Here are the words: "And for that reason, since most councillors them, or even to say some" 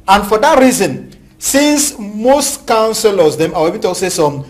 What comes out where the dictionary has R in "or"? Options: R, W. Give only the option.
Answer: W